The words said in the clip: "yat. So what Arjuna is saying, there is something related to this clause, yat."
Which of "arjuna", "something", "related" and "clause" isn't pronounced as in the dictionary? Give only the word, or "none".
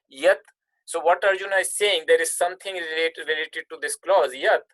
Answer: something